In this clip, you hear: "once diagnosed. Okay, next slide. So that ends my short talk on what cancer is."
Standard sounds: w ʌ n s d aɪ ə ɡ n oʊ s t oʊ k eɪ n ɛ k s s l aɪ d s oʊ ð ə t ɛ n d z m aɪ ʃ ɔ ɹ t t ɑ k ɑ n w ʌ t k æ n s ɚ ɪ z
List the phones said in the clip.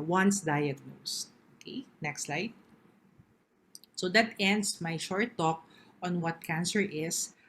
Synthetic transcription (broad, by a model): w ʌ n s d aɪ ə ɡ n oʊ s oʊ k eɪ n ɛ k s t l aɪ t s oʊ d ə t ɛ n d s m aɪ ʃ ɔ ɹ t t ɑ k ɑ n w ʌ t k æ n s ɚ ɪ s